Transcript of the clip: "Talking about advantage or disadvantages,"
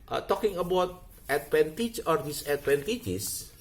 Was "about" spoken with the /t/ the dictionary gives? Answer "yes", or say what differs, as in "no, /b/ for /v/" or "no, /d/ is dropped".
yes